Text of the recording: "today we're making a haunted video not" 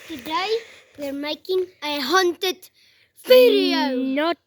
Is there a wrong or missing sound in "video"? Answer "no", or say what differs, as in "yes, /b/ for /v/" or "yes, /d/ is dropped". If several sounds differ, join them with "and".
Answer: yes, /f/ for /v/